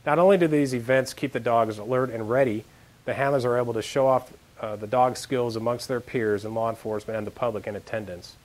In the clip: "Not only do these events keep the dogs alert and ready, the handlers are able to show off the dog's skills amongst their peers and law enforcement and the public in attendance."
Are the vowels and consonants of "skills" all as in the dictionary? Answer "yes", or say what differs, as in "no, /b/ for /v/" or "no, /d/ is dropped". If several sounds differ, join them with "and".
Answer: yes